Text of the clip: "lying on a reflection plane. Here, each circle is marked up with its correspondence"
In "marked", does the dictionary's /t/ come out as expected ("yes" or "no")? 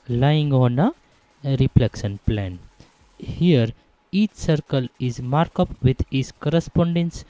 no